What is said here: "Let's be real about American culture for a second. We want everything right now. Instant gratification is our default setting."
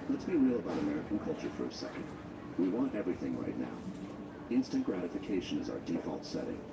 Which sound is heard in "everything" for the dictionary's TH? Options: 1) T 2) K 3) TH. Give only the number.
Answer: 3